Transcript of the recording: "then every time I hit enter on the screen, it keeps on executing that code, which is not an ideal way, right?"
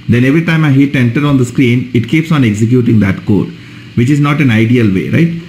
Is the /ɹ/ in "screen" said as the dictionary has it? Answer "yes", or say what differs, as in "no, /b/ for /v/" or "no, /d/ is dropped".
yes